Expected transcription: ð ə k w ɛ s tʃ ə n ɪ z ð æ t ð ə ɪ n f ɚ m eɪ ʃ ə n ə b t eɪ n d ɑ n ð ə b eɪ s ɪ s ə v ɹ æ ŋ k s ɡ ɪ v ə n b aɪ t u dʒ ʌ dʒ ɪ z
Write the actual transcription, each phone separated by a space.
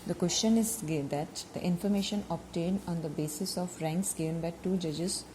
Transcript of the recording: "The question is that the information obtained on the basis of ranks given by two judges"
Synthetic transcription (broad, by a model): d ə k w ɛ s tʃ ə n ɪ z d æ t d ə ɪ n f ɚ m eɪ ʃ ə n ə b t eɪ n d ɑ n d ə b eɪ s ɪ s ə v ɹ æ ŋ k s ɡ ɪ v ə n b aɪ t u dʒ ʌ dʒ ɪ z